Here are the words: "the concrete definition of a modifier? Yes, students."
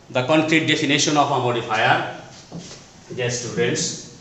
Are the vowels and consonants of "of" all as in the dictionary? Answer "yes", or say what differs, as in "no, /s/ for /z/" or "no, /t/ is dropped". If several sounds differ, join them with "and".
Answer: no, /p/ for /v/